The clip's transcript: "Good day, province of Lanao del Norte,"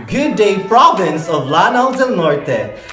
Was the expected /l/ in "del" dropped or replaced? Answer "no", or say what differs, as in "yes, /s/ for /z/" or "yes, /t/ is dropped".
yes, /n/ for /l/